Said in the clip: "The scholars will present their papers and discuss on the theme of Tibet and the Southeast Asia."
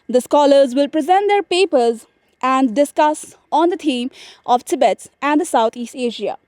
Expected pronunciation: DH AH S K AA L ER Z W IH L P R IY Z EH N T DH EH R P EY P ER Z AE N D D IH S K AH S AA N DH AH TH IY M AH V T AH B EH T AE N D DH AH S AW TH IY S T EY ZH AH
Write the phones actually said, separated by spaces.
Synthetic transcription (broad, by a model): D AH S K AA L ER Z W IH L P R IY Z EH N T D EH R P EY P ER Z AE N D D IH S K AH S AA N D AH T IY M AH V T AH B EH T AE N D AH S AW T IY S T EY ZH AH